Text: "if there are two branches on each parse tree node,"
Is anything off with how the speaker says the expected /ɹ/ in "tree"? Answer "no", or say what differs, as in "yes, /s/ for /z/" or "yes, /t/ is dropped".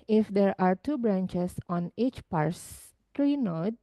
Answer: no